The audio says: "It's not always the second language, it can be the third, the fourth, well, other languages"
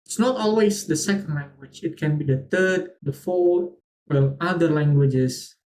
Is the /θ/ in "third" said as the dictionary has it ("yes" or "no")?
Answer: no